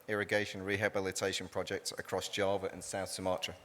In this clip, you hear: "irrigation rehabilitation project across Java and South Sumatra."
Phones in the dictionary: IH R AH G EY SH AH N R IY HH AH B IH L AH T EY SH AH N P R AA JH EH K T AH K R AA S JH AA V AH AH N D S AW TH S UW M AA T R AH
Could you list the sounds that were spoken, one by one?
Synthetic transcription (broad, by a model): IH R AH G EY SH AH N R IY HH AH B IH L AH T EY SH AH N P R AA JH EH K T AH K R AA S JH AA V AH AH N S AW TH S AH M AA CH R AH